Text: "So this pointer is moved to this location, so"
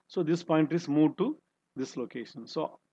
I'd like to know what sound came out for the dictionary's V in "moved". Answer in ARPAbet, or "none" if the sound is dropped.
none